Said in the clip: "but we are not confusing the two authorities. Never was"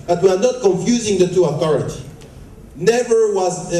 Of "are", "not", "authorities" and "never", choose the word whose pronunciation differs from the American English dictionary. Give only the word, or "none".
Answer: authorities